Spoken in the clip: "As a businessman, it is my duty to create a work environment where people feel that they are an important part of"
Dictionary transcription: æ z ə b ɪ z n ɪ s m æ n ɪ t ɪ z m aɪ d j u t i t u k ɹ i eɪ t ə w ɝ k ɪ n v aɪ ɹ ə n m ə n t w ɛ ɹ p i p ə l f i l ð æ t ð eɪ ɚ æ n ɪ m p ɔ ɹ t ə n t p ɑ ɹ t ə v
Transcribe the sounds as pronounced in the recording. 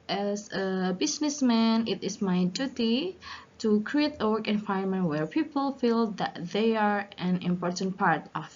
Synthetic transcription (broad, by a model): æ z ə b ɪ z n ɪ s m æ n ɪ t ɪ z m aɪ d j u t i t u k ɹ i eɪ t ə w ɝ k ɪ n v aɪ ə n m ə n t w ɛ ɹ p i p ə l f i l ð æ t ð eɪ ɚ æ n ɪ m p ɔ ɹ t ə n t p ɑ ɹ t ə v